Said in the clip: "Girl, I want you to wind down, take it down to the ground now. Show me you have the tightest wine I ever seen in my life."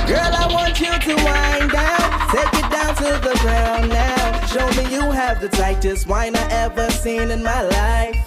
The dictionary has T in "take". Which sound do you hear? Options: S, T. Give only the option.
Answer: S